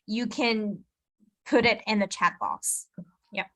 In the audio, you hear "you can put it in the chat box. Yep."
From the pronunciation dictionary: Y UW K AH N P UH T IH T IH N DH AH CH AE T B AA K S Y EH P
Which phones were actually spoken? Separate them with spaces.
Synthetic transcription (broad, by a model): Y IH K AH N P UH T IH T IH N DH AH CH AE T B AA S Y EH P